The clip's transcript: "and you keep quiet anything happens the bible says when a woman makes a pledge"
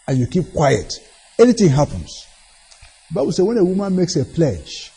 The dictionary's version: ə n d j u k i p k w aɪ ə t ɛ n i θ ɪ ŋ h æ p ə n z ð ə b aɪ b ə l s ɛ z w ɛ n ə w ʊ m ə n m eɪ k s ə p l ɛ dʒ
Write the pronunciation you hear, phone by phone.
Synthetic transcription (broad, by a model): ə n j u k i p k w aɪ ə t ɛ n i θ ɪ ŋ h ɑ p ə n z ð ə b aɪ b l s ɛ w ɛ n ə w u m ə n m eɪ k s ə p l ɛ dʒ